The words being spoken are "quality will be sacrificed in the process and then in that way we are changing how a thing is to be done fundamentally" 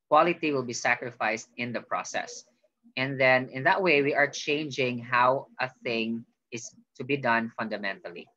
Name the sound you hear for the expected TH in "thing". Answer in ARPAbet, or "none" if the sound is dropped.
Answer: TH